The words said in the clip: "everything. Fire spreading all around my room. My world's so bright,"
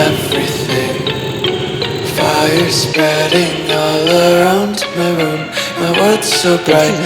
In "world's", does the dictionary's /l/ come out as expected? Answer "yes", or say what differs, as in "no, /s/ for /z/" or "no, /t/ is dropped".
no, /l/ is dropped